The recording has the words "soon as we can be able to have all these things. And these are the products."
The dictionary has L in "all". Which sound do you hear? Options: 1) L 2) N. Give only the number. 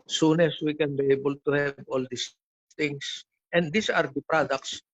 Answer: 1